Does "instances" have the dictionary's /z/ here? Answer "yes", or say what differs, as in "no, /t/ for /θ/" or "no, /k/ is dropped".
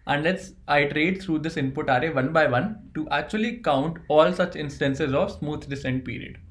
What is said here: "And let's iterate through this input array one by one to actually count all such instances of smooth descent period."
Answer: yes